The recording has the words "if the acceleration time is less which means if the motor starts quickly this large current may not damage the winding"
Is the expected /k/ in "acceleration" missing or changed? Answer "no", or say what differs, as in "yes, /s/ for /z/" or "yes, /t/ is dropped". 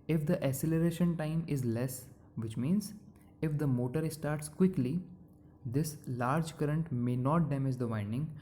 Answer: yes, /k/ is dropped